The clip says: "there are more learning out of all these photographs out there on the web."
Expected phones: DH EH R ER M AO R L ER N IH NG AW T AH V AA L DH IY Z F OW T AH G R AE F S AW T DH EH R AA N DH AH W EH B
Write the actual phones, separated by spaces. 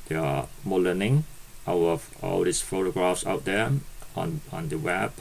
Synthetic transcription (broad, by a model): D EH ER M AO L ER N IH NG AW T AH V AA L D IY S F OW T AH G R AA F S AW T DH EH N AA N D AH W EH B